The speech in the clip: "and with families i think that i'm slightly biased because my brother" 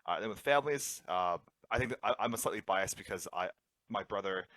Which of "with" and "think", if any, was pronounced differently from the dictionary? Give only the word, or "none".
none